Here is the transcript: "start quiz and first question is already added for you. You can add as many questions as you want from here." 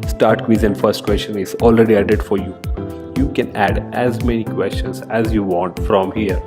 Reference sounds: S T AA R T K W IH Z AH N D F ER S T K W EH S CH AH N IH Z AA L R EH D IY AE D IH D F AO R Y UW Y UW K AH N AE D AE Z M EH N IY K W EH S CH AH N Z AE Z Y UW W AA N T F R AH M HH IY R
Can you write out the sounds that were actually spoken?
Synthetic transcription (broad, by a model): S T AA R T K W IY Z AH N D F ER S T K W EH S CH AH N IH Z AA L R EH D IY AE D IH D F AO R Y UW Y UW K AH N AE D AE Z M EH N IY K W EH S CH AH N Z AE Z Y UW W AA N T F R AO M HH IY R